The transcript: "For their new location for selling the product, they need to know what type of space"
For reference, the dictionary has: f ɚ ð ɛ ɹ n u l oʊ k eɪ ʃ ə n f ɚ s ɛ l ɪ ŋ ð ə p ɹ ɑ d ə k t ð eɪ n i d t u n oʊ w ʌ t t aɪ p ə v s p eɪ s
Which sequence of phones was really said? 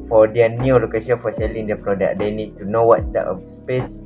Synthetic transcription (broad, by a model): f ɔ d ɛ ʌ n u l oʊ k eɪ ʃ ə n f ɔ s ɛ l ɪ ŋ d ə p ɹ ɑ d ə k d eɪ n i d t u n oʊ w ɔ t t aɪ ə s p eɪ s